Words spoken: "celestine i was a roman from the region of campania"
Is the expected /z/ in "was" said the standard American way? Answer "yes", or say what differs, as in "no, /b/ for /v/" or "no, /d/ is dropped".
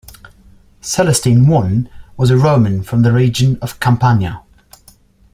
yes